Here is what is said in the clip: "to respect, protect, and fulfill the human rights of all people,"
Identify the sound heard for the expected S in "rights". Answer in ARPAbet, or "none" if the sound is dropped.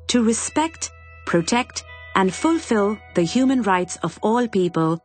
S